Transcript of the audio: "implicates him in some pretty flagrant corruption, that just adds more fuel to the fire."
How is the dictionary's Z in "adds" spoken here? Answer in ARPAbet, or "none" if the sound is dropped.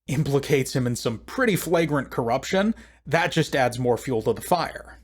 Z